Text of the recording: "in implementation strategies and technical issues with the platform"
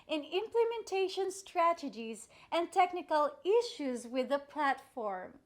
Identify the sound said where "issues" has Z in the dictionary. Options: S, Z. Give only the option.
Z